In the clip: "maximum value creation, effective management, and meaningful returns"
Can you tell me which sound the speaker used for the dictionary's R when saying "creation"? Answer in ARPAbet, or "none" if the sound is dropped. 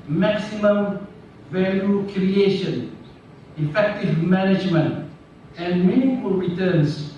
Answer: R